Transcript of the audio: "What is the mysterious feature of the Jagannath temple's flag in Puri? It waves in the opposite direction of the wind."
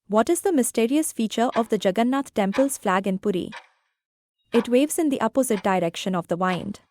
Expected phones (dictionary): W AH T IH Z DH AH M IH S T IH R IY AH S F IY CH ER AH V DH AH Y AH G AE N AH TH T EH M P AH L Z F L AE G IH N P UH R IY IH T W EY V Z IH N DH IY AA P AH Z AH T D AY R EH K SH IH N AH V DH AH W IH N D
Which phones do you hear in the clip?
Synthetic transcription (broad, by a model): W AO T IH Z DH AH M IH S T IH R IY AH S F IY CH ER AH V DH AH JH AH G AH N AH T T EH M P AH L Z F L AE G IH N P UH R IY IH T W EY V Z IH N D IY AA P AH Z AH T D AY R EH K SH IH N AH V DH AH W IH N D